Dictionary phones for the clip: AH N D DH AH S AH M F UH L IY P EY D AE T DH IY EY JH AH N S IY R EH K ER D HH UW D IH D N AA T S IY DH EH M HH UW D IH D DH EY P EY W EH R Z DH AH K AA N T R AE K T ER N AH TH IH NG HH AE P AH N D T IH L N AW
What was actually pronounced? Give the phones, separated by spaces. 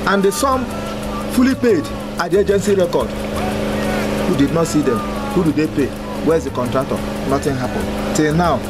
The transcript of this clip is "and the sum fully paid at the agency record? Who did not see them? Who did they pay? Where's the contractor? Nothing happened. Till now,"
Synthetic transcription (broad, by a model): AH N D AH S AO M F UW L IY P EY D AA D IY EY JH AH N S IY R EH K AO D HH UW D IH D N AA T S IY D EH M HH UW D IH D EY P EY W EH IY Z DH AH K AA N T R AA K T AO N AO T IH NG HH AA P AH N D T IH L N AW